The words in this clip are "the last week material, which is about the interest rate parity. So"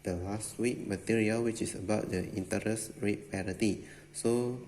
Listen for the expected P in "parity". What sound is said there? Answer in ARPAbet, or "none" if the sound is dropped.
P